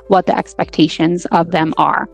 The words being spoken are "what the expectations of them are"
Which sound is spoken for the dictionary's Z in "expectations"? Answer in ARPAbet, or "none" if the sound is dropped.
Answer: Z